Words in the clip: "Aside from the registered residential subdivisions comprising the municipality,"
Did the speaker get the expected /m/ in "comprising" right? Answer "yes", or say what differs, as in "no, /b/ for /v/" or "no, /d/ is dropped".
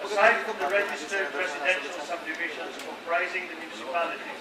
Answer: no, /m/ is dropped